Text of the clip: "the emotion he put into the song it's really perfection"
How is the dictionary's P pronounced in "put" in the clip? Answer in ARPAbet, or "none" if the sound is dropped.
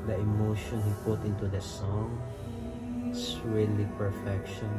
P